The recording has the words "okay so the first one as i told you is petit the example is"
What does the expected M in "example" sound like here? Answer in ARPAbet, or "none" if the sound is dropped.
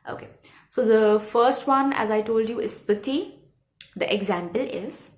M